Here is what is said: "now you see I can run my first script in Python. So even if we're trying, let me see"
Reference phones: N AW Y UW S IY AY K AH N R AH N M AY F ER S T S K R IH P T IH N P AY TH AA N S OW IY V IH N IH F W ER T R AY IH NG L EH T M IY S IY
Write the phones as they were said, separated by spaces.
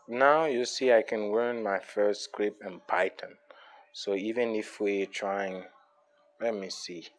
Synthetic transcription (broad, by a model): N AW Y UW S IY AY K AH N W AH N M AY F ER S T S K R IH P IH N P AY T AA N S OW IY V IH N IH F W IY T R AY IH NG L EH T M IY S IY